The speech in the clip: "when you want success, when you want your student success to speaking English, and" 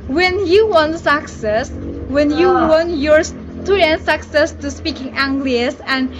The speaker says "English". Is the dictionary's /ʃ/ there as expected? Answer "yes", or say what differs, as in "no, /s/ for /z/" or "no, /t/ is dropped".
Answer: no, /s/ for /ʃ/